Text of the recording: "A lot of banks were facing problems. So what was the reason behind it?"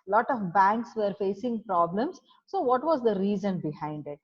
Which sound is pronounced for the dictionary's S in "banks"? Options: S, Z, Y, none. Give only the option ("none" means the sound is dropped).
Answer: S